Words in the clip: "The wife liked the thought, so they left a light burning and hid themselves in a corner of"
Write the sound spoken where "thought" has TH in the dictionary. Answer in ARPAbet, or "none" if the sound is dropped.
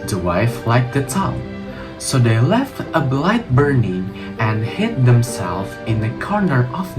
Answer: T